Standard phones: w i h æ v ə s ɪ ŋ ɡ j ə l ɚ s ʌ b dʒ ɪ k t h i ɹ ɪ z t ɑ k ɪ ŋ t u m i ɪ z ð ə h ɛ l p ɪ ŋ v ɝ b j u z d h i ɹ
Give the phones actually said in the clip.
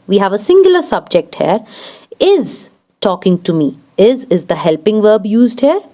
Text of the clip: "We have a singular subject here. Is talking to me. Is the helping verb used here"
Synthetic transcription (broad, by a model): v i h æ v ə s ɪ ŋ ɡ j ə l ɚ s ʌ b dʒ ɪ k t h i ɹ ɪ z t ɑ k ɪ ŋ t u m i ɪ z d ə h ɛ l p ɪ ŋ v ɝ b j u z d h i ɹ